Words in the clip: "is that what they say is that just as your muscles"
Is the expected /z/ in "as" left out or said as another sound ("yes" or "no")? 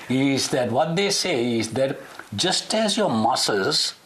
no